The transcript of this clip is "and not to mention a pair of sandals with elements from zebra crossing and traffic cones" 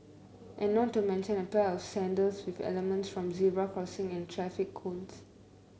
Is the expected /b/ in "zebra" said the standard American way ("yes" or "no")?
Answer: no